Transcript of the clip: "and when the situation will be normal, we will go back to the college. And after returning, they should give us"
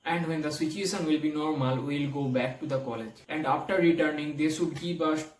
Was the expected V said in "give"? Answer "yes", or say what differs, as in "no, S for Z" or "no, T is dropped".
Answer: no, P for V